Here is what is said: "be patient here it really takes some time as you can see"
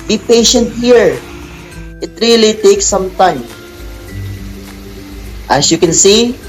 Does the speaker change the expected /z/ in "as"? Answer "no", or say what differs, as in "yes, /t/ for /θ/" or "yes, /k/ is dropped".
yes, /s/ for /z/